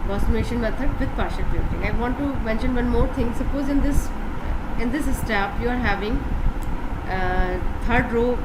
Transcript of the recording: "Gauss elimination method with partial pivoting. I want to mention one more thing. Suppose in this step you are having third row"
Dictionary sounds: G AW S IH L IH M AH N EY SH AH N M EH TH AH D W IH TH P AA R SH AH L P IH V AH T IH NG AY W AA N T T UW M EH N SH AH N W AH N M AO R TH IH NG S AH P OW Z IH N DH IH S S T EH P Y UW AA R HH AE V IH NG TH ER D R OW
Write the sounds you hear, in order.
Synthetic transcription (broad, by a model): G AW S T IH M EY SH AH N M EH T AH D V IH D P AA R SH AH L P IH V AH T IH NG AY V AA N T T UW M EH N SH AH N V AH N M AO R T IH NG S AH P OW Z IH N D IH S S T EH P Y UW AA R HH AE V IH NG T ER D R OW